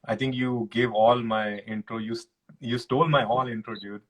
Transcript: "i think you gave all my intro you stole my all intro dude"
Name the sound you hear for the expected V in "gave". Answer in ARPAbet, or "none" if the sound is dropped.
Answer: V